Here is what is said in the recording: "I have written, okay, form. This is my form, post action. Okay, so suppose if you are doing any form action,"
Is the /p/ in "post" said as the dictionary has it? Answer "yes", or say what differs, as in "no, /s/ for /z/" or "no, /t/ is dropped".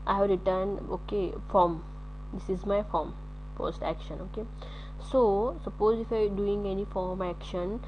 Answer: no, /f/ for /p/